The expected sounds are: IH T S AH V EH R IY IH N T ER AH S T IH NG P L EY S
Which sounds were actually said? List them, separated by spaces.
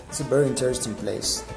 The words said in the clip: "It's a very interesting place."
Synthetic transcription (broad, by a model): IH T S AH B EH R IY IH N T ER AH S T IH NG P L EY S